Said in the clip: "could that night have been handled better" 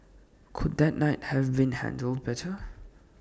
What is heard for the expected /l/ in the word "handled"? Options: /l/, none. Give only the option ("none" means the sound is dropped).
/l/